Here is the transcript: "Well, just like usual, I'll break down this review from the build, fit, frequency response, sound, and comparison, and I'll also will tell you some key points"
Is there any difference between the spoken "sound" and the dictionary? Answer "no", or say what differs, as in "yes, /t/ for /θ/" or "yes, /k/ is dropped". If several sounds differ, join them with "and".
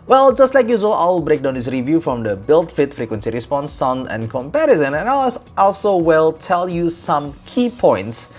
yes, /d/ is dropped